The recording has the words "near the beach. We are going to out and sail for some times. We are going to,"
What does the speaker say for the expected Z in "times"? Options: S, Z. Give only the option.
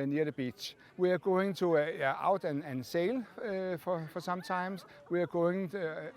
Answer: S